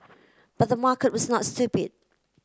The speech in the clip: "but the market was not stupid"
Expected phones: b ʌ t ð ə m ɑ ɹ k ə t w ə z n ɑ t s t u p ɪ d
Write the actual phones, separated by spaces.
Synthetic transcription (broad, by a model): b ʌ t ð ə m ɑ k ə t w ə z n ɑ t s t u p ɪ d